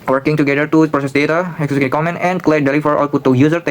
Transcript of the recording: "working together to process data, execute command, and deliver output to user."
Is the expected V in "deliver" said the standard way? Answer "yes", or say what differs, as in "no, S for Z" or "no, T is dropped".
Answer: no, F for V